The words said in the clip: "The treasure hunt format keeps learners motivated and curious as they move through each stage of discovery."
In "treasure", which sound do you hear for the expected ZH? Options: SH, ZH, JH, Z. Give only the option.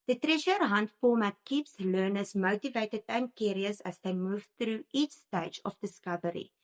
SH